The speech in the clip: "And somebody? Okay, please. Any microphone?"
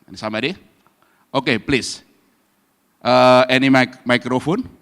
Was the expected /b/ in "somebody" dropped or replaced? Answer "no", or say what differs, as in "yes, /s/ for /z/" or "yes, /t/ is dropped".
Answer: yes, /b/ is dropped